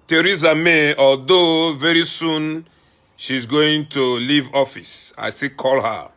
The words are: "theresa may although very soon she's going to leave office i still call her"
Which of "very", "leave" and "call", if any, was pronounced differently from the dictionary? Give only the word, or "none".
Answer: none